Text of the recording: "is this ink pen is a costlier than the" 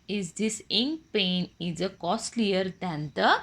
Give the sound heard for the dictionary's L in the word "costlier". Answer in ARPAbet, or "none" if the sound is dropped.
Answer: L